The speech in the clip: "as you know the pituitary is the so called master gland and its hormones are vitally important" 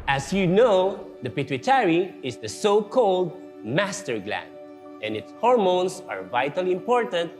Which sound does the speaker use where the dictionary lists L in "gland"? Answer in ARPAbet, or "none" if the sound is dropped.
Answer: L